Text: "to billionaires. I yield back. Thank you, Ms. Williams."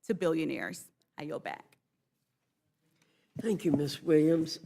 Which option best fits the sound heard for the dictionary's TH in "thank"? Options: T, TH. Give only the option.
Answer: TH